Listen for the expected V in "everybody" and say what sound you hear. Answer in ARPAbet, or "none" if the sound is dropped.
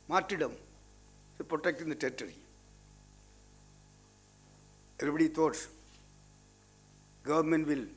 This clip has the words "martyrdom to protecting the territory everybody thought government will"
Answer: none